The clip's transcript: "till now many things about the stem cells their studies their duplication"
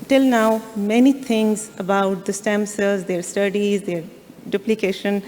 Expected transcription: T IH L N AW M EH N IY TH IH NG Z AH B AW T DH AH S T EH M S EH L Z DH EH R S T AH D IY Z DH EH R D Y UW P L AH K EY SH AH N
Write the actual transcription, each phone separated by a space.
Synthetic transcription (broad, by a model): T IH L N AW M EH N IY T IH NG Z AH B AW T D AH S T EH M S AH Z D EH R S T AH D IY Z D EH R D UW P L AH K EY SH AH N